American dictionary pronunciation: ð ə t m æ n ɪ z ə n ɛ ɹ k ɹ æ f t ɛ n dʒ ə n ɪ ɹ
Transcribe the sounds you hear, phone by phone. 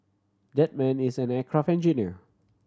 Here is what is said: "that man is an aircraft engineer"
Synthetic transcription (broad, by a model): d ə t m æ n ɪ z ə n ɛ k ɹ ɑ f ɛ n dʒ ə n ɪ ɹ